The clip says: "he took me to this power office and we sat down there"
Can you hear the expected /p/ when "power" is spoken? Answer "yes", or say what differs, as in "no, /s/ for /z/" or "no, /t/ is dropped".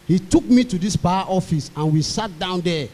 no, /b/ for /p/